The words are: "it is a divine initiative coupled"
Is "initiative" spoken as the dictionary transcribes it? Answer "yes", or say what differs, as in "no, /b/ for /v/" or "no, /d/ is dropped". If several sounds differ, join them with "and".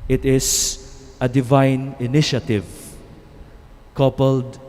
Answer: yes